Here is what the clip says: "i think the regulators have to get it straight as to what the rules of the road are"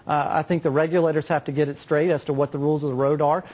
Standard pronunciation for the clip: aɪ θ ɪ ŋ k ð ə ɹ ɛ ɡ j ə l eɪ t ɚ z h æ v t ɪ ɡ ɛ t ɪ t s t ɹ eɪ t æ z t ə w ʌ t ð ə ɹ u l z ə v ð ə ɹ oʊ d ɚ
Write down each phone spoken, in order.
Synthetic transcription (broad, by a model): aɪ θ ɪ ŋ k ð ə ɹ ɛ ɡ j ə l eɪ t ɚ z h æ f t ɪ ɡ ɛ t ɪ t s t ɹ eɪ t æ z t ə w ʌ t ð ə ɹ u l z ə v ð ə ɹ oʊ d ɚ